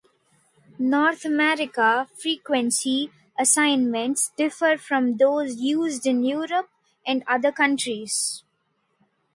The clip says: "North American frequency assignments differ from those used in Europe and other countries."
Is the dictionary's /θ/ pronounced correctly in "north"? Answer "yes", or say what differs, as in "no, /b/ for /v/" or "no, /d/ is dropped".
no, /t/ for /θ/